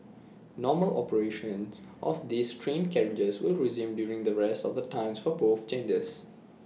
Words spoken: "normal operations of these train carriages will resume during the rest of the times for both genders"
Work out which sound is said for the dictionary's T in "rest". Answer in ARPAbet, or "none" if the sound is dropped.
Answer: T